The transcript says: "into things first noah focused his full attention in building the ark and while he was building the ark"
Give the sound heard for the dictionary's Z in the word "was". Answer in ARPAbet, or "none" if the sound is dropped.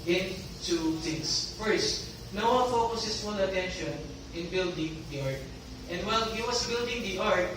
S